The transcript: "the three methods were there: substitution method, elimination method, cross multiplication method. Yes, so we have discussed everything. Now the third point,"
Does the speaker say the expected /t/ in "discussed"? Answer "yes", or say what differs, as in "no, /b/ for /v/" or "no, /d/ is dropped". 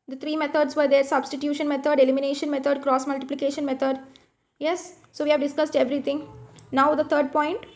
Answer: yes